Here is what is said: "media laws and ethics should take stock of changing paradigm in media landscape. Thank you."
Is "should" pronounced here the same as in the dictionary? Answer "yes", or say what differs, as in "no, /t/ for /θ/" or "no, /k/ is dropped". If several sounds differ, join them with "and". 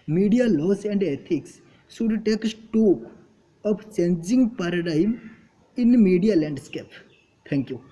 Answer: no, /s/ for /ʃ/